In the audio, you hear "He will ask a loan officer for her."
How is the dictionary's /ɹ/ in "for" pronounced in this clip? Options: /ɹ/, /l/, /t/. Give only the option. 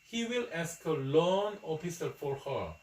/ɹ/